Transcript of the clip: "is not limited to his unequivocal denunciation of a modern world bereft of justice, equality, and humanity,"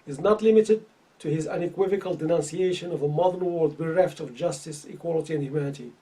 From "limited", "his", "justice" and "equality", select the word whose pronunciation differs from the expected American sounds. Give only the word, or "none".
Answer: none